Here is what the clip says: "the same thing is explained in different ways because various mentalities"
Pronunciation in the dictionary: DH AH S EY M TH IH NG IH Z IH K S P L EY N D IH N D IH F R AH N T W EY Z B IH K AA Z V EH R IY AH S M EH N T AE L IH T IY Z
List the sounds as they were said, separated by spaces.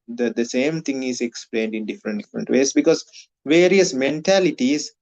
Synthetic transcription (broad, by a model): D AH S EY M T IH NG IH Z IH K S P L EY N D IH N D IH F R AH N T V EY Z B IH K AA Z V EH R IY AH S M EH N T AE L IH T IY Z